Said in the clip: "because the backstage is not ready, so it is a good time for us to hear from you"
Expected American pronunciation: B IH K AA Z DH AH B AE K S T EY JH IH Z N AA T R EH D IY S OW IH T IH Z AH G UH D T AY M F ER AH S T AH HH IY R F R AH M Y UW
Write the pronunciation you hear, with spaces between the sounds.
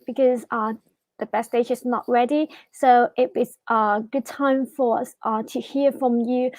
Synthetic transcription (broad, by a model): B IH K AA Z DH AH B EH S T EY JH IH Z N AA T R EH D IY S OW IH T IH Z AH G UH D T AY M F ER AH S T AH HH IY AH F R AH M Y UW